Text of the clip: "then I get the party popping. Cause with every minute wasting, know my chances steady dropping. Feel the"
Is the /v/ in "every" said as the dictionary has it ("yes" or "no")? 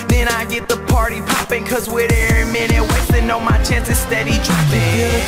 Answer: no